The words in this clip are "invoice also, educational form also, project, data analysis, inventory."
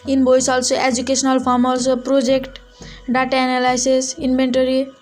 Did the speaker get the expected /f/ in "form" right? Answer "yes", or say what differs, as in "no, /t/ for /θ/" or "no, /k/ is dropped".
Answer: no, /p/ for /f/